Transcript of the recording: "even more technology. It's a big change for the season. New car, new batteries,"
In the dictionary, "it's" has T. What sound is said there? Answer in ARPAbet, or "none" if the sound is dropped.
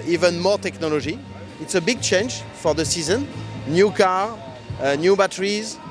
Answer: T